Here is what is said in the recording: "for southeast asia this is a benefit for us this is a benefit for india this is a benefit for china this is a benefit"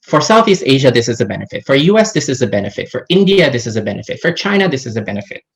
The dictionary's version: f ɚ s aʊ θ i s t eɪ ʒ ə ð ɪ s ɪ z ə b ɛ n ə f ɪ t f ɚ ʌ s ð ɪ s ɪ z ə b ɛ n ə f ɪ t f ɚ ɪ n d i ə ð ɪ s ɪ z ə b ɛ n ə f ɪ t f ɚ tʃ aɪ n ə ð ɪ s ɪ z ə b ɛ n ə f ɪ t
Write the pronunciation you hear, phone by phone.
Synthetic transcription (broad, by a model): f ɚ s aʊ θ i s t eɪ ʒ ə ð ɪ s ɪ z ə b ɛ n ə f ɪ t f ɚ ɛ s ð ɪ s ɪ z ə b ɛ n ə f ɪ t f ɚ ɪ n d i ə ð ɪ s ɪ z ə b ɛ n ə f ɪ t f ɚ tʃ aɪ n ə ð ɪ s ɪ z ə b ɛ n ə f ɪ t